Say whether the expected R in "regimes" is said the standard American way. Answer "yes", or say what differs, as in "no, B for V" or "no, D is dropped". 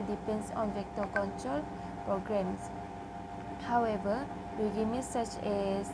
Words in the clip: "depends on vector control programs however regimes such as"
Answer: no, W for R